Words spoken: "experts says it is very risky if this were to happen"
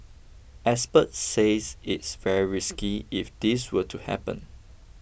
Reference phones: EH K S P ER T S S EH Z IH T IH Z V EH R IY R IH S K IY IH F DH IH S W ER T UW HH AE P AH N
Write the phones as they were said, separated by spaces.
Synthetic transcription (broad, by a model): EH S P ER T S S EH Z IH T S V EH R IY R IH S K IY IH F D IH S W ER T UW HH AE P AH N